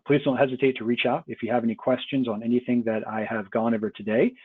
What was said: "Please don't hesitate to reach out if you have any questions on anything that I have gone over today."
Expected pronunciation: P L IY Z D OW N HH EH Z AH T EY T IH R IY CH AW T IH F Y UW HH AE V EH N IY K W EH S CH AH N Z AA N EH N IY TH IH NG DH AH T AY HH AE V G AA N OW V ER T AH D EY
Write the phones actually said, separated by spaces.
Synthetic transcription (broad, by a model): P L IY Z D OW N HH EH Z AH T EY T IH R IY CH AW T IH F Y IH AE V EH N IY K W EH S CH AH N Z N EH N IY TH IH NG DH AH T AY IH V G AA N OW V ER T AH D EY